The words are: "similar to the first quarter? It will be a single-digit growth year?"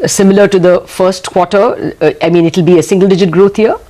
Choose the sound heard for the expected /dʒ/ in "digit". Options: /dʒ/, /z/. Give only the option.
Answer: /dʒ/